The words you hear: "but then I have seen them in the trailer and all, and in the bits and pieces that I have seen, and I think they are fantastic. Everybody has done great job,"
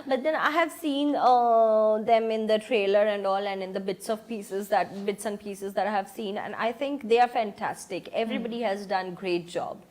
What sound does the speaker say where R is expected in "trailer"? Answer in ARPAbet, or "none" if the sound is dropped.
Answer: R